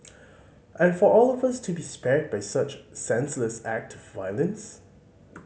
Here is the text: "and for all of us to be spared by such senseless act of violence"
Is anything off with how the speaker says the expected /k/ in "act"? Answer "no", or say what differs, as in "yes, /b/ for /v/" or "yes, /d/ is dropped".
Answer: no